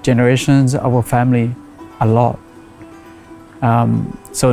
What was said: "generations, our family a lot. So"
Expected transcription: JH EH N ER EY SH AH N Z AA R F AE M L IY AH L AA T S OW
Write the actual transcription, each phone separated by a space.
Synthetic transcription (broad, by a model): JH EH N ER EY SH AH N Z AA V F AE M L IY AH L AA T S OW